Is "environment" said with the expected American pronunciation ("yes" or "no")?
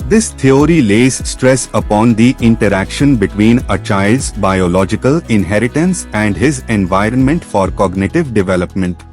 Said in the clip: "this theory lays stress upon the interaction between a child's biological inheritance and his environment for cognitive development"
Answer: yes